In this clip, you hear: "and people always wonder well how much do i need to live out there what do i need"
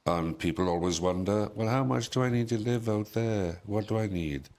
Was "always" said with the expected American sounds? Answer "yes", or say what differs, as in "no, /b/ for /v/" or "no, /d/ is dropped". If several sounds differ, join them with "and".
yes